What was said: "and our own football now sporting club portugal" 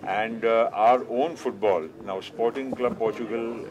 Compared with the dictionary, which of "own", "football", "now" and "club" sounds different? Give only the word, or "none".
none